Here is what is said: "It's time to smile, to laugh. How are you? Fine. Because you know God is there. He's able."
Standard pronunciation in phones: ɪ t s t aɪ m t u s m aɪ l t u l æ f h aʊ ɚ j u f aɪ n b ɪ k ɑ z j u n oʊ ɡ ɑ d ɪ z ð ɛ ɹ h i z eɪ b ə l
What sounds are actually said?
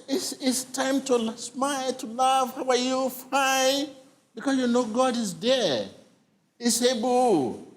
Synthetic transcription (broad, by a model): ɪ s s t aɪ m t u s m aɪ l t u l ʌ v h aʊ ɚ j u f aɪ n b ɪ k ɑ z j u n oʊ ɡ ɑ d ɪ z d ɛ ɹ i s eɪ b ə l